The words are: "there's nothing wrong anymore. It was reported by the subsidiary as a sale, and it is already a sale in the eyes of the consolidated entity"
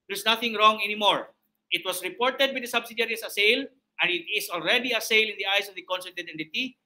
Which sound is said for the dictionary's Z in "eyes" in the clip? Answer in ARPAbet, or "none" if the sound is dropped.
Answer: S